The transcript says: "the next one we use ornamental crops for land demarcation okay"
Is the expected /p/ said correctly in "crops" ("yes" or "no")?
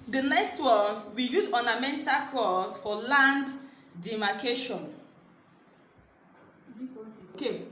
no